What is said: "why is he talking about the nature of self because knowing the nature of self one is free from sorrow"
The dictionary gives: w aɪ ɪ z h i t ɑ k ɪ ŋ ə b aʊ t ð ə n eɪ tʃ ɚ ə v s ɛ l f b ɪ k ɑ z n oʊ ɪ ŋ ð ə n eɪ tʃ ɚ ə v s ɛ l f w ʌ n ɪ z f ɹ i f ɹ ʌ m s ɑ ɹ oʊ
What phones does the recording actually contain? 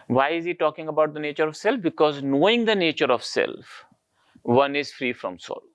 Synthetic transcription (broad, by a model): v aɪ ɪ z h i t ɑ k ɪ ŋ ə b aʊ t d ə n eɪ tʃ ɚ ə v s ɛ l f b ɪ k ɑ z n oʊ ɪ ŋ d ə n eɪ tʃ ɚ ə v s ɛ l f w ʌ n ɪ z f ɹ i f ɹ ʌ m s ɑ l